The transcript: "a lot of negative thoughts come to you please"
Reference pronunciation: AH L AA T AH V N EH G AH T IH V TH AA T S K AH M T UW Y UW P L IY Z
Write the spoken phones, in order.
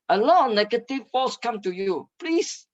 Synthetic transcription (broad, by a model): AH L AA T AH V N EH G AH T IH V F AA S K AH M T UW Y UW P L IY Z